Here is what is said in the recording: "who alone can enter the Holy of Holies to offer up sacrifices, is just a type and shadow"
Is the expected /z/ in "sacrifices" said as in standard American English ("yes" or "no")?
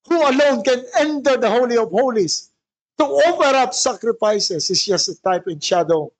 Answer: no